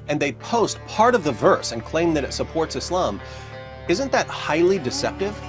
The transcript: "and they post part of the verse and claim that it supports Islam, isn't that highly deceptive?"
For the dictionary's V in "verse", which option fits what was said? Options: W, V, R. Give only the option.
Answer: V